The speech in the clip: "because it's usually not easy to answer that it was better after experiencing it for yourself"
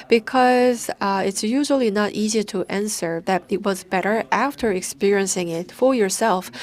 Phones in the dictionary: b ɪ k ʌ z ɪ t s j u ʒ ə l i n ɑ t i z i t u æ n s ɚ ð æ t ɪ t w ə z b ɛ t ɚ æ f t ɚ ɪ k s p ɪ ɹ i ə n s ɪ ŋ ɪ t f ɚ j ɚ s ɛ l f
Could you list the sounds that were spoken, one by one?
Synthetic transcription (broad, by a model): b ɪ k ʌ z ɪ t s j u ʒ ə l i n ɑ t i z i t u æ n s ɚ ð æ t ɪ t w ə z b ɛ t ɚ æ f t ɚ ɪ k s p ɪ ɹ i ə n s ɪ ŋ ɪ t f ɚ j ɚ s ɛ l f